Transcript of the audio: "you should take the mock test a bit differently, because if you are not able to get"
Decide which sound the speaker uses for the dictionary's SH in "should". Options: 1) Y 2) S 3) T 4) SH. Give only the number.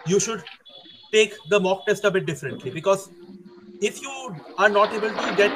4